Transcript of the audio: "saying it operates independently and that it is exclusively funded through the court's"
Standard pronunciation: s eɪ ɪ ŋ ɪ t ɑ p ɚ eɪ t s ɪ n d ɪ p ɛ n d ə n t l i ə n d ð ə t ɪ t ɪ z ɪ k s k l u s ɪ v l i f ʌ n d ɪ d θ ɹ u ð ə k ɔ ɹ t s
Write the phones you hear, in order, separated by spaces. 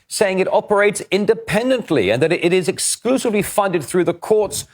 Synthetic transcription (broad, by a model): s eɪ ɪ ŋ ɪ t ɑ p ɚ eɪ t s ɪ n d ɪ p ɛ n d ə n t l i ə n ð ə t ɪ t ɪ z ɪ k s k l u s ɪ v l i f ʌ n d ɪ d θ ɹ u ð ə k ɔ ɹ t s